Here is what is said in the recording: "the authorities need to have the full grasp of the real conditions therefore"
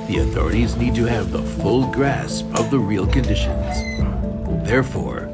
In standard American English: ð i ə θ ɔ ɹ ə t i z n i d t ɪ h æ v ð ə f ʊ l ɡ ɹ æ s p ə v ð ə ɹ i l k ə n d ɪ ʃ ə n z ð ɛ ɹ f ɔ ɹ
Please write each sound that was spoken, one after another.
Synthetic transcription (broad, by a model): ð i ə θ ɔ ɹ ə t i z n i d t ɪ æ v ð ə f ʊ l ɡ ɹ æ s p ə v ð ə ɹ i l k ə n d ɪ ʃ ə n z ð ɛ ɹ f ɔ ɹ